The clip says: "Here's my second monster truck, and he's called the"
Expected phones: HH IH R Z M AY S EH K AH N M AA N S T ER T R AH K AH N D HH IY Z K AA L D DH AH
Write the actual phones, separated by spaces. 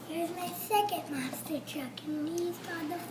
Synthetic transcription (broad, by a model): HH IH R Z M AY S EH K AH N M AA S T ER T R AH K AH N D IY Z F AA D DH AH